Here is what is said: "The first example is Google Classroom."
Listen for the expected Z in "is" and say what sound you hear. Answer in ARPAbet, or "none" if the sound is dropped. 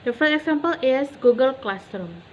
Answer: S